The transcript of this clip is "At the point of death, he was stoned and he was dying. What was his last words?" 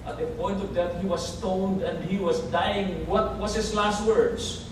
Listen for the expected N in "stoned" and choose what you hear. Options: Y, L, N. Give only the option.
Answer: N